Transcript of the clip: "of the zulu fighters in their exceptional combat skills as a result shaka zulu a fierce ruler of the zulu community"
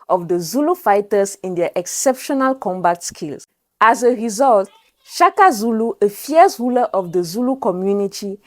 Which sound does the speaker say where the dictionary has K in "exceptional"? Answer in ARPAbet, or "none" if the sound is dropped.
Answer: K